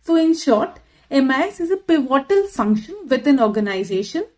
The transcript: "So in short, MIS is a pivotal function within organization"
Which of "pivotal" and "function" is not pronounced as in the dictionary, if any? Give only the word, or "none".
none